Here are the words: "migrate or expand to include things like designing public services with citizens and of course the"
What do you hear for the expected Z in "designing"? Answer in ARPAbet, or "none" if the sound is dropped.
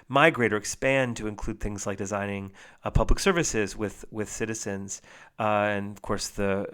Z